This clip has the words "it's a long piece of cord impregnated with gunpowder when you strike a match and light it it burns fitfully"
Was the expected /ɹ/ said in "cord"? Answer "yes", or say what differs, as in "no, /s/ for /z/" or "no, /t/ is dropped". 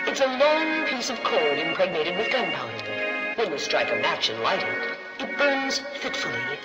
no, /l/ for /ɹ/